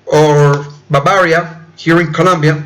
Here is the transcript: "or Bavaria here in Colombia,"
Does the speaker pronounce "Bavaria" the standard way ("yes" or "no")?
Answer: no